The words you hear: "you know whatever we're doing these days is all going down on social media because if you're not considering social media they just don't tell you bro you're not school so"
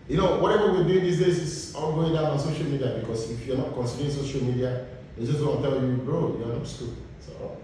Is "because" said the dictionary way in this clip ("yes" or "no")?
no